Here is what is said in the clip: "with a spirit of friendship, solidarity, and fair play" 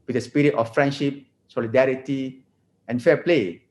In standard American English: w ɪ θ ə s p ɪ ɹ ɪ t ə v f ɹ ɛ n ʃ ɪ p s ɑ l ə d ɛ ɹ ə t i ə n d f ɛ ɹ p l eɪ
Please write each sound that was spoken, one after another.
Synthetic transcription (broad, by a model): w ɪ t ə s p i ɹ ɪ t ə f ɹ ɛ n ʃ ɪ p s ɑ l ə d ɛ ɹ ə t i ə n f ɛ p l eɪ